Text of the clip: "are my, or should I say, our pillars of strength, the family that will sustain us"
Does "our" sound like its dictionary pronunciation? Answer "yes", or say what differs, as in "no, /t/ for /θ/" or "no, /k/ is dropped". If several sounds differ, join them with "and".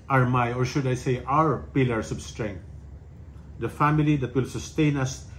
yes